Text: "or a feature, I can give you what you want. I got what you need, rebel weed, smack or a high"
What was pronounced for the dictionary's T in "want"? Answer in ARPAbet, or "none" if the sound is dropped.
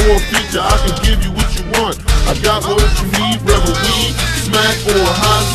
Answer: T